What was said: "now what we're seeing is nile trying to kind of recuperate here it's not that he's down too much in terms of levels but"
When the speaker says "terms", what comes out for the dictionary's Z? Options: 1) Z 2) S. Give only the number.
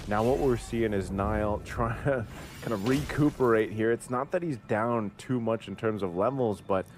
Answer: 1